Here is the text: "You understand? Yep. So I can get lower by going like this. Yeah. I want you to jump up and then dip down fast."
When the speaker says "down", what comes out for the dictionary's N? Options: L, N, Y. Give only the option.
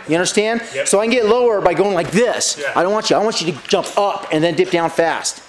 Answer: N